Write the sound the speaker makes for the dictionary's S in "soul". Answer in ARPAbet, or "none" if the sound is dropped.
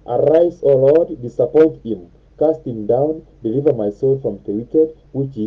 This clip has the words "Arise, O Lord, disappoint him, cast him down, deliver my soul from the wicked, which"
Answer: S